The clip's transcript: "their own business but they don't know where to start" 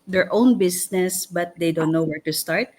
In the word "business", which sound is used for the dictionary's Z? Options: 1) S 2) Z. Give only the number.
1